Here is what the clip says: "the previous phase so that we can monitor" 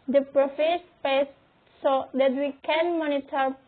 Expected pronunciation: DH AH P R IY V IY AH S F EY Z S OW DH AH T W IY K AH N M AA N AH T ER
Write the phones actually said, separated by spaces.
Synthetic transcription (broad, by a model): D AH P R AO F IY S P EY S S OW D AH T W IY K AH N M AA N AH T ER